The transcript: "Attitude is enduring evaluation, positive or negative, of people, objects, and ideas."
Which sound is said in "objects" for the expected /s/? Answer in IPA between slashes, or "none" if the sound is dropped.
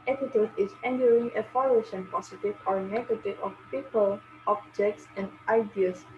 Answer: /s/